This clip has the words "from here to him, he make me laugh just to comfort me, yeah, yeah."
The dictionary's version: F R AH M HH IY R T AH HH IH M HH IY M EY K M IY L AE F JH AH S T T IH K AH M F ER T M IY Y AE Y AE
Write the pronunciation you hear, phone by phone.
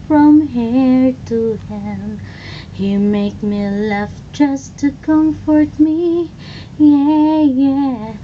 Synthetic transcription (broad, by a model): F R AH M HH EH R T AH HH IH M HH IY M EY K M IY L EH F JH AH S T T IH K AH M F ER T M IY Y AE Y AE